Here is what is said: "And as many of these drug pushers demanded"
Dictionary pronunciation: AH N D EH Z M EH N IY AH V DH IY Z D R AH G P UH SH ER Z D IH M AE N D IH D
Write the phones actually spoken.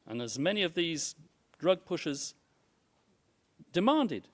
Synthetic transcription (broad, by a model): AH N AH Z M EH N IY AH V DH IY Z D R AH G P UH SH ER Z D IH M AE N D IH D